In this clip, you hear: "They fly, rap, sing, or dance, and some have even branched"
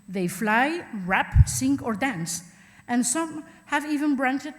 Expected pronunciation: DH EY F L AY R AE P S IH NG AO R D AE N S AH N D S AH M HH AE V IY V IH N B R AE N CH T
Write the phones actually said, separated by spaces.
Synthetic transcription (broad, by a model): DH EY F L AY R AE P S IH NG AO R D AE N S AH N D S AH M HH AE V IY V IH N B R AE N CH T